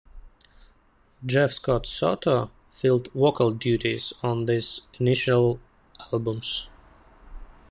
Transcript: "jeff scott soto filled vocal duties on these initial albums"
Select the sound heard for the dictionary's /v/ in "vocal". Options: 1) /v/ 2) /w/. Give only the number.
2